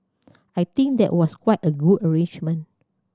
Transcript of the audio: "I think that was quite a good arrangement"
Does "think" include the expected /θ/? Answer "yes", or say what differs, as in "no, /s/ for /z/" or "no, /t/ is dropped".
no, /t/ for /θ/